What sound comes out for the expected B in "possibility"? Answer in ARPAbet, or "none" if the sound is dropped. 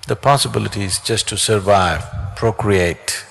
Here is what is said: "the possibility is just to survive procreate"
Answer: B